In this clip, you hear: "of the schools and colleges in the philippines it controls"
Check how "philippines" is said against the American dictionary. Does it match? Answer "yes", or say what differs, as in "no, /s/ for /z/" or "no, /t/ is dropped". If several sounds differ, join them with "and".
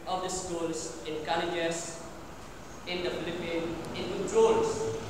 no, /z/ is dropped